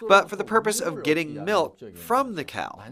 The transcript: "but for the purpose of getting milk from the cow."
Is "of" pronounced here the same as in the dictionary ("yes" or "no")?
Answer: yes